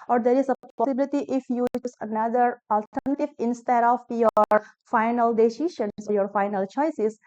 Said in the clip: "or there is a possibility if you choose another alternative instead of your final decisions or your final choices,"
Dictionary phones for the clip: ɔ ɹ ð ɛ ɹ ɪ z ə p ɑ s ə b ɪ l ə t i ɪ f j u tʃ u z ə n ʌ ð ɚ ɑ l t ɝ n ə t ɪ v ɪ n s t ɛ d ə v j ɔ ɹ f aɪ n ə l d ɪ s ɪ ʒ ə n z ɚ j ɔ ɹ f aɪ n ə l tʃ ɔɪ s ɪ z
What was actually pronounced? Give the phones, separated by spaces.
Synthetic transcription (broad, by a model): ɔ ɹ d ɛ ɹ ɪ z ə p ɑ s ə b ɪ l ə t i ɪ f j u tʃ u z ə n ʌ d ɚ ɑ l t ɝ n ə t ɪ v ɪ n s t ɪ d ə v j ɔ ɹ f aɪ n ə l d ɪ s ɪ ʃ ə n s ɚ j ɔ ɹ f aɪ n ə l tʃ ɔɪ s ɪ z